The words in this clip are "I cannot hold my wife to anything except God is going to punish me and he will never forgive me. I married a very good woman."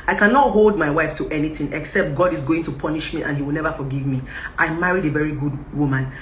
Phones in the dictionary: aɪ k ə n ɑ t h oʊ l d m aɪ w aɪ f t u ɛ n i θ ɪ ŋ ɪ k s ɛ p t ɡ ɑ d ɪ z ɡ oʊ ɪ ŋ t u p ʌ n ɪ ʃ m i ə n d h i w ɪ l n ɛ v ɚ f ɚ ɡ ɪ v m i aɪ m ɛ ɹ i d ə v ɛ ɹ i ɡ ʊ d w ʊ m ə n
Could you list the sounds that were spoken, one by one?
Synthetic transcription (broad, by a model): aɪ k ə n ɑ t h oʊ l d m aɪ w aɪ f t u ɛ n i θ ɪ ŋ ɪ k s ɛ p t ɡ ɑ d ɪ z ɡ oʊ ɪ ŋ t u p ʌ n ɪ ʃ m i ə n h i w ɪ l n ɛ v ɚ f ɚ ɡ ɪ v m i aɪ m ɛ ɹ i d ə v ɛ ɹ i ɡ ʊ d w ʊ m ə n